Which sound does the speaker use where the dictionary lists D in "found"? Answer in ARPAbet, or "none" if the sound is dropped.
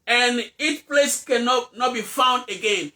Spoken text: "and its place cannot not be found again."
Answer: D